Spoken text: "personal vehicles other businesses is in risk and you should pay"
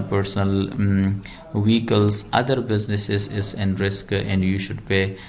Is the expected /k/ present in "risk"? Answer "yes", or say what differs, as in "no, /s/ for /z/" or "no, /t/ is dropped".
yes